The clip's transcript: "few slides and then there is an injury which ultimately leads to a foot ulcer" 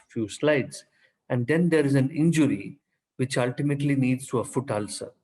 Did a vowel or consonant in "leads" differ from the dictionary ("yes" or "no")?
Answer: yes